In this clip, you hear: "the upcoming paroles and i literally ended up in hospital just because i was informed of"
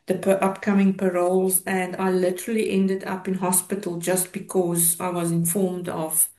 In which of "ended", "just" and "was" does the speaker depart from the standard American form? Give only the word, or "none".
none